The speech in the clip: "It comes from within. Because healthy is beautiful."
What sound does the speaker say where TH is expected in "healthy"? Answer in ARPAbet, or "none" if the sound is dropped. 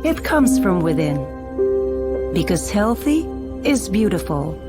TH